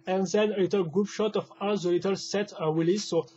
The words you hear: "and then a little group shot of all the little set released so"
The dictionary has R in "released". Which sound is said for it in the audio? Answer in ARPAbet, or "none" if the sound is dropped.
W